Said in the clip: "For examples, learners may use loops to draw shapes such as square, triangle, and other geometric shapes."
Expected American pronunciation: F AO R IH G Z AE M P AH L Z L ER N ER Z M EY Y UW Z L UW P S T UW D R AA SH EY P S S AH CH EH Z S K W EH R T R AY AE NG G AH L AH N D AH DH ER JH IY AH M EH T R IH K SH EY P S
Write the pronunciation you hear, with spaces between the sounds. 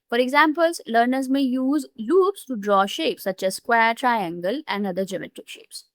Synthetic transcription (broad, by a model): F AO R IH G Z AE M P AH L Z L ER N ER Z M EY Y UW Z L UW P S T UW D R AA SH EY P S S AH CH EH Z S K W EH R T R AY AE NG G AH L AH N D AH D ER JH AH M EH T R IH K SH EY P S